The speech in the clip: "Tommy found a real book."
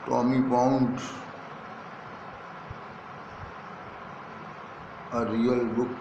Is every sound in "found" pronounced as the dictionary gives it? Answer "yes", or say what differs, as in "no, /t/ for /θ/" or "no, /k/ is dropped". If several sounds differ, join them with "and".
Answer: no, /p/ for /f/